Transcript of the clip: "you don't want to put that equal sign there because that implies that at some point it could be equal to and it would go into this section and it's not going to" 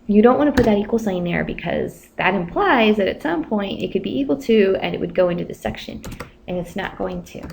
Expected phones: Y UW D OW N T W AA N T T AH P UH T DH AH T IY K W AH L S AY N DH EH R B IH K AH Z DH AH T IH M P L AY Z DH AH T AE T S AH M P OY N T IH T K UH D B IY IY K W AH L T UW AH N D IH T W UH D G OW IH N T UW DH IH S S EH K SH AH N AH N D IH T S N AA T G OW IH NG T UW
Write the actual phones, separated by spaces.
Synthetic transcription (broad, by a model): Y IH D OW N T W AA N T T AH P UH T DH AH T IY K W L S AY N DH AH R B IH K AH Z DH AH T IH M P L AY Z DH AH T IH T S AH M P OY N T IH T K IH D B IY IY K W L T UW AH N IH T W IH D G OW IH N T UW DH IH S S EH K SH AH N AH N IH T S N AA T G OW IH NG T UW